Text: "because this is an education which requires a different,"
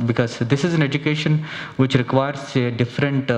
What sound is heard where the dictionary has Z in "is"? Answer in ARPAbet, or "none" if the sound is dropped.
Z